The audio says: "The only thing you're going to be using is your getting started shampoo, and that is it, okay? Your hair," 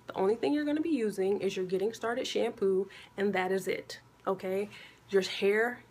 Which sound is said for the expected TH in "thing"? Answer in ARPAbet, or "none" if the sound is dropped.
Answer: TH